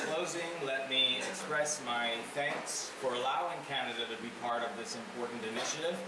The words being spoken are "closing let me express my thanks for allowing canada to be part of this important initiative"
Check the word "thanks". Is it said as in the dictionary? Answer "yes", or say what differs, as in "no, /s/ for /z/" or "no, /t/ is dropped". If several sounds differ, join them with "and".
yes